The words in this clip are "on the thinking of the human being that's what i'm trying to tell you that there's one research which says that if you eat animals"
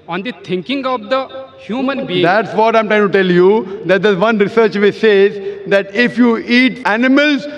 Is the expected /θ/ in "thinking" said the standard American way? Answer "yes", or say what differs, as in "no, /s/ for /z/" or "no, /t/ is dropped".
no, /t/ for /θ/